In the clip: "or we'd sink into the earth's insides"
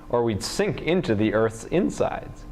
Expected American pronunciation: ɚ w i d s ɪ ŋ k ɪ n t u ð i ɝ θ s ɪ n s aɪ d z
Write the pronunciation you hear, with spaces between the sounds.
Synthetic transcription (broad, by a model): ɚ w i d s ɪ ŋ k ɪ n t u ð i ɝ θ s ɪ n s aɪ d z